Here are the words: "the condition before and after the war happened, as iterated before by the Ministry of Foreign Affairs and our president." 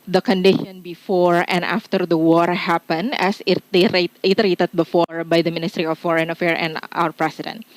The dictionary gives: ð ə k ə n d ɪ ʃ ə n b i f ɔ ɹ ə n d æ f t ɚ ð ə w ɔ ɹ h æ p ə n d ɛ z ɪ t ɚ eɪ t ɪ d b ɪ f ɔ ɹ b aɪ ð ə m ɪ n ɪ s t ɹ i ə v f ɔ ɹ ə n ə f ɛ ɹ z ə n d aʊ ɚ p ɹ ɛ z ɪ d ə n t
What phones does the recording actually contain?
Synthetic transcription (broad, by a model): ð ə k ə n d ɪ ʃ ə n b i f ɔ ɹ ə n d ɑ f t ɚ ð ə w ɔ ɹ h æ p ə n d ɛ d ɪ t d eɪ t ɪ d b ɪ f ɔ ɹ b aɪ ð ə m ɪ n ɪ s t ɹ i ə f ɔ ɹ ə n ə f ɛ ɹ ə n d aʊ ɚ p ɹ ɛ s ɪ d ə n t